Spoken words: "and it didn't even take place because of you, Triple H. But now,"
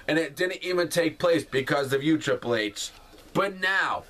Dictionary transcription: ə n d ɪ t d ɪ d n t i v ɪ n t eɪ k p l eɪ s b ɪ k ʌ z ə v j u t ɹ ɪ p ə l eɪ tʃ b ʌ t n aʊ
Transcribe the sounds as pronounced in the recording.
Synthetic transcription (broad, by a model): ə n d ɪ t d ɪ d n t i v ɪ n t eɪ k p l eɪ s b ɪ k ʌ z ə v j u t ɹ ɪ p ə l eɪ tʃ b ʌ t n aʊ